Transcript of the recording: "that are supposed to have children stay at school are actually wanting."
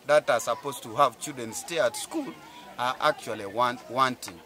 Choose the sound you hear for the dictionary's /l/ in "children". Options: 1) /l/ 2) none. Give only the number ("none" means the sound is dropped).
2